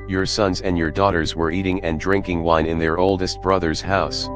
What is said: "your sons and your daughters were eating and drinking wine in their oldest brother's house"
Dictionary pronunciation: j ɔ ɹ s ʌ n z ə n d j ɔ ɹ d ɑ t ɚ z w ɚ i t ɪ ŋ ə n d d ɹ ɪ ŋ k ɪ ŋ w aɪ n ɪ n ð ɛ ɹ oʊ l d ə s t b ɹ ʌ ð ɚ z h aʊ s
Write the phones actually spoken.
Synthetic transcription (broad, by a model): j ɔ ɹ s ʌ n z ə n d j ɔ ɹ d ɑ t ɚ z w ɚ i t ɪ ŋ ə n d d ɹ ɪ ŋ k ɪ ŋ w aɪ n ɪ n ð ɛ ɹ oʊ l d ə s t b ɹ ʌ ð ɚ z h aʊ s